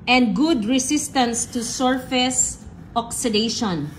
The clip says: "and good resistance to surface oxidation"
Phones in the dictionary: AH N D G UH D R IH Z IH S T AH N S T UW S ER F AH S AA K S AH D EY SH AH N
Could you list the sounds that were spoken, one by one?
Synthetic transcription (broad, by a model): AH N D G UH D R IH S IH S T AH N S T UW S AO F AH S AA K S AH D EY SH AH N